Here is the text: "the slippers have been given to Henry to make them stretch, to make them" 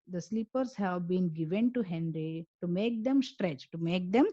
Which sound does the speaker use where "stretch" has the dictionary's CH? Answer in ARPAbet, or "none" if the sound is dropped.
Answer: CH